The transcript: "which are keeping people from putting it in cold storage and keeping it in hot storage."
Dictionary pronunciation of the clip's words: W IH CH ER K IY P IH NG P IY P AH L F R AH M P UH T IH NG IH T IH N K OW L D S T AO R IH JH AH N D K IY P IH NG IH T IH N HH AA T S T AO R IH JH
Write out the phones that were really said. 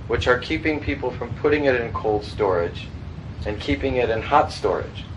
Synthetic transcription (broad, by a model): W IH CH ER K IY P IH NG P IY P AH L F R AH M P UH T IH NG IH T IH N K OW L D S T AO R IH JH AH N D K IY P IH NG IH T IH N HH AA T S T AO R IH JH